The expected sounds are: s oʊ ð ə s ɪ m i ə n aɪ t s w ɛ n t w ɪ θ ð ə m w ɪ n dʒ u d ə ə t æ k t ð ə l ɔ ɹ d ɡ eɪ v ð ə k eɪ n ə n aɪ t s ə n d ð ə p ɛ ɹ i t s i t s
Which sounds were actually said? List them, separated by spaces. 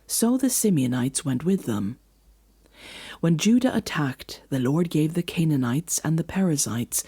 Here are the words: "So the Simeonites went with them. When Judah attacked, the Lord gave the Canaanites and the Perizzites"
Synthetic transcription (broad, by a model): s oʊ ð ə s ɪ m i ə n aɪ t s w ɛ n t w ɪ ð ə m w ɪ n dʒ u d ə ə t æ k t ð ə l ɔ ɹ d ɡ eɪ v ð ə k eɪ n ə n aɪ t s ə n ð ə p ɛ ɹ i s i t s